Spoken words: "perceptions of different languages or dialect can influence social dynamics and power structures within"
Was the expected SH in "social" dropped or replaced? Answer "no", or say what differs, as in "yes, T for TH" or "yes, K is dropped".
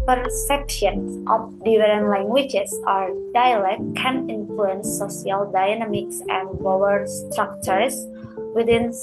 yes, SH is dropped